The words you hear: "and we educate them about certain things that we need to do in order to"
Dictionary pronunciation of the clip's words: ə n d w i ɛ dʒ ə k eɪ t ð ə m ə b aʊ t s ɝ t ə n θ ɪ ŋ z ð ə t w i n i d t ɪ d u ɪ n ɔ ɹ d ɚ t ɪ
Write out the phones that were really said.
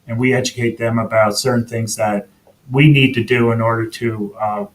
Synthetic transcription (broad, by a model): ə n w i ɛ dʒ ə k eɪ t ð ə m ə b aʊ t s ɝ t n θ ɪ ŋ z ð ə t w i n i d t ɪ d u ɪ n ɔ ɹ d ɚ t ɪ